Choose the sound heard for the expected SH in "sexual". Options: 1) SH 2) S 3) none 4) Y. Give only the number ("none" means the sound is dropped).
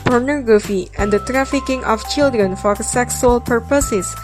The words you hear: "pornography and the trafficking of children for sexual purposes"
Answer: 2